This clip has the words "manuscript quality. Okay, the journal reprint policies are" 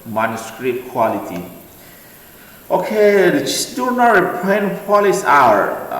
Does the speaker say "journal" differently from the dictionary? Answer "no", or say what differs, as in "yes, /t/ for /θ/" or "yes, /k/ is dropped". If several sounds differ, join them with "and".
yes, /n/ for /l/